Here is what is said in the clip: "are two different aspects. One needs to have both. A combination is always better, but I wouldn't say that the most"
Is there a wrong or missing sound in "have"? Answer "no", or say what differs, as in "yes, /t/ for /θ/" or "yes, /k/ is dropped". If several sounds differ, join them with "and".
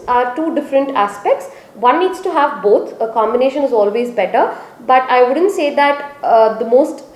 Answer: no